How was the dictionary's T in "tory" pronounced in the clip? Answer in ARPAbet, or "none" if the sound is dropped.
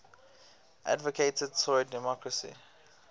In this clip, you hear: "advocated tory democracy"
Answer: S